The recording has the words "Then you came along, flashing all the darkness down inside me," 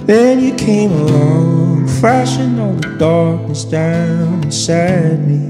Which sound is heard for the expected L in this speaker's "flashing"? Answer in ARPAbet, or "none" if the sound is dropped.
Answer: none